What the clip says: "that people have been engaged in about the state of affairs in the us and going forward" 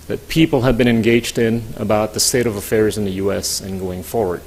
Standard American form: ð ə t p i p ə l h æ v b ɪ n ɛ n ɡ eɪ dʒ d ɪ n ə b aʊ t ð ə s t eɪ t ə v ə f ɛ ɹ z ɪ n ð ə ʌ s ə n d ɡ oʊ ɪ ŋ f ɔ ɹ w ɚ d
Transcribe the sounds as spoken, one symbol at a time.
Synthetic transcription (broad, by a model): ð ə t p i p l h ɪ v b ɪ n ɛ n ɡ eɪ dʒ d ɪ n ə b aʊ t ð ə s t eɪ t ə v ə f ɛ ɹ z ɪ n ð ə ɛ s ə n ɡ oʊ ɪ ŋ f ɔ ɹ w ɚ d